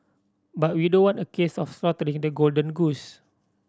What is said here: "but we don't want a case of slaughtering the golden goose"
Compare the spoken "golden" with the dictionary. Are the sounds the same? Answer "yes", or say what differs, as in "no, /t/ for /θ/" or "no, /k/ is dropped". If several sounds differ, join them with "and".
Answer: yes